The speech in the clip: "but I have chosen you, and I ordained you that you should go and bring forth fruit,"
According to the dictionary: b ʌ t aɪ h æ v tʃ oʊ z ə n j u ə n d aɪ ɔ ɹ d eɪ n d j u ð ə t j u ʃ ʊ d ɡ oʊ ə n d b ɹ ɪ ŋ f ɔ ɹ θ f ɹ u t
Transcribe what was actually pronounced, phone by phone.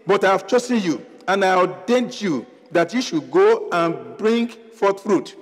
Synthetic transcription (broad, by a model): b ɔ t aɪ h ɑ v tʃ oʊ s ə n j u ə n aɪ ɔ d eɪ n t j u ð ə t j u ʃ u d ɡ oʊ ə n b ɹ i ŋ f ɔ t f ɹ u t